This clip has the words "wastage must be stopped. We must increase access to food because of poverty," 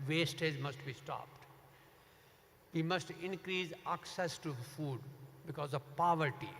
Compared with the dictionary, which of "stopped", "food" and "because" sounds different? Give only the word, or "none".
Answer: none